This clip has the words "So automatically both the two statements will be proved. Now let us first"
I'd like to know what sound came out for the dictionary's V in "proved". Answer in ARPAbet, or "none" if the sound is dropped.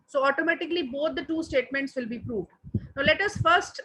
V